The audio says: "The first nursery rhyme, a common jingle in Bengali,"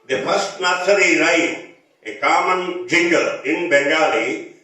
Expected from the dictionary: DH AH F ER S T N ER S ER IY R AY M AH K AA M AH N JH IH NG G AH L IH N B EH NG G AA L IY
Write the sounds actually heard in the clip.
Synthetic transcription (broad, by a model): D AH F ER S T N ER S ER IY R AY AH K AA M AH N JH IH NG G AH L IH N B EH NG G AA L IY